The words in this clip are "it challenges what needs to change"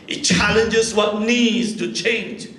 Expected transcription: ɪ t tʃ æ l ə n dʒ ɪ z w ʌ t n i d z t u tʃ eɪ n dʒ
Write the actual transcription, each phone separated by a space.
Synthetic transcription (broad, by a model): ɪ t tʃ æ l ə n dʒ ɪ z w ʌ t n i d z t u tʃ eɪ n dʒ